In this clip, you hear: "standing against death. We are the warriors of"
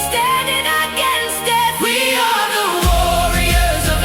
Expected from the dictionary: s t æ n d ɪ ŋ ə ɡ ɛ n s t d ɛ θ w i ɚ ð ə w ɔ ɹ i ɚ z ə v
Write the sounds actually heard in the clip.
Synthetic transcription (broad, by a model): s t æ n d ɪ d ə ɡ ɛ n s t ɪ w i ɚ ð ə w ɔ ɹ i ɚ z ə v